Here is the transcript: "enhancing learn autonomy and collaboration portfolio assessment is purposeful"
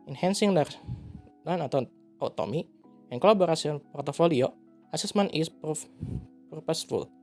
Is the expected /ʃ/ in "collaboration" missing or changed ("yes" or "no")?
yes